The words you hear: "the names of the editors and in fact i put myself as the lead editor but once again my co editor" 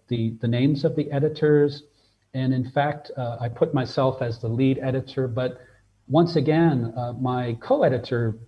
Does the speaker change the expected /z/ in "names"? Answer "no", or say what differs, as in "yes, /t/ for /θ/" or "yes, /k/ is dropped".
no